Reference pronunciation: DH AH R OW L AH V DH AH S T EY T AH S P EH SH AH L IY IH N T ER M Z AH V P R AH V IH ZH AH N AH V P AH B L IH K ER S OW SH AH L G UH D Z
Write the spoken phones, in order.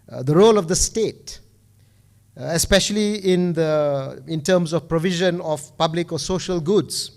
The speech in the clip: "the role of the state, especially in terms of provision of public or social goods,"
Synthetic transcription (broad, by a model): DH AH R OW L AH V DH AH S T EY T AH S P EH SH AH L IY IH N T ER M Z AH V P R AH V IH ZH AH N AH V P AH B L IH K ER S OW SH AH L G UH D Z